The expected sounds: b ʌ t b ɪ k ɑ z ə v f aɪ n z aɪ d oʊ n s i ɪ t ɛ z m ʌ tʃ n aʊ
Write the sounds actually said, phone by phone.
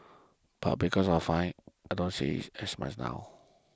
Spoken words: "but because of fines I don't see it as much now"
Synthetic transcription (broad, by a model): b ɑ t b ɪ k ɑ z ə f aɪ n aɪ d oʊ n s i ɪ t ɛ s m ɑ s n aʊ